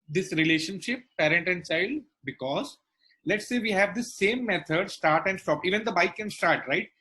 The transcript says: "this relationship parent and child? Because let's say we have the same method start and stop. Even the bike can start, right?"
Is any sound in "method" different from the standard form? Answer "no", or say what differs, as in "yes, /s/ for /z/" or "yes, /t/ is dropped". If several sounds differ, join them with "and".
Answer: yes, /t/ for /θ/